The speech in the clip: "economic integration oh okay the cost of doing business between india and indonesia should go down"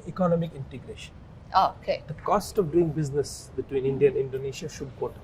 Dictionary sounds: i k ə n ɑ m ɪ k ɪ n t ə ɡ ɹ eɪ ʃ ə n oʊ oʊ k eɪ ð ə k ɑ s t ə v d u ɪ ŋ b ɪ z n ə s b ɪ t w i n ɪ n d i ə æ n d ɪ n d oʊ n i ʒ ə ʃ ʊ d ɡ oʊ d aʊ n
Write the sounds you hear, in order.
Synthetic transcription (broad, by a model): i k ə n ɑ m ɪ k ɪ n t ə ɡ ɹ eɪ ʃ ə n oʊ oʊ k eɪ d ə k ɑ s t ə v d u ɪ ŋ b ɪ z n ə s b ɪ t w i n ɪ n d i ə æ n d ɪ n d oʊ n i ʃ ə ʃ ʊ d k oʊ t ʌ